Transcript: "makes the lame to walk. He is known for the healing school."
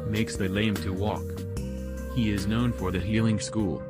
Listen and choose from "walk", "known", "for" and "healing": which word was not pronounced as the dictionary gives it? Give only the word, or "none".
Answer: none